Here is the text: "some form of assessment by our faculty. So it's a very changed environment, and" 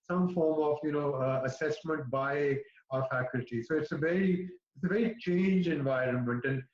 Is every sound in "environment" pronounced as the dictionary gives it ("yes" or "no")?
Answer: yes